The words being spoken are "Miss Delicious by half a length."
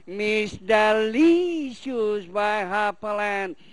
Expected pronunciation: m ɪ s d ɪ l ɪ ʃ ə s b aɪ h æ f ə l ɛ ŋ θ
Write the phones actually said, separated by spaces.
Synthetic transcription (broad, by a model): m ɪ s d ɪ l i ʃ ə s b aɪ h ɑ p ə l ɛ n